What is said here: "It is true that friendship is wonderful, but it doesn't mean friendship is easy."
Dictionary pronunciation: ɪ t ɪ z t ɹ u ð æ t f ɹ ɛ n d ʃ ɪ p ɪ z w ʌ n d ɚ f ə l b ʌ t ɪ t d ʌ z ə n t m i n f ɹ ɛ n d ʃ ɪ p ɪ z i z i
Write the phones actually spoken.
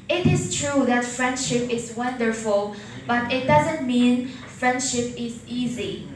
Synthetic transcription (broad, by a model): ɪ t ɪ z t ɹ u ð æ t f ɹ ɛ n d ʃ ɪ p ɪ z w ʌ n d ɚ f ə l b ʌ t ɪ t d ʌ z ə n t m i n f ɹ ɛ n d ʃ ɪ p ɪ z i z i